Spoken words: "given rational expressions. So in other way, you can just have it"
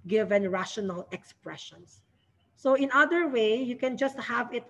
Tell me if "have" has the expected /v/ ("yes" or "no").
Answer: yes